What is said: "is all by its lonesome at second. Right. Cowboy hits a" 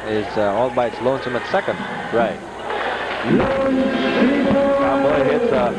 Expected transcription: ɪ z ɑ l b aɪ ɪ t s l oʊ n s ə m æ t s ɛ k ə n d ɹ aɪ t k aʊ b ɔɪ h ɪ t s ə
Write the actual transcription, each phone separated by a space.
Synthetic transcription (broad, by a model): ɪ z ɑ l b aɪ ɪ t s l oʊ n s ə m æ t s ɛ k ə n d ɹ aɪ t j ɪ ɔɪ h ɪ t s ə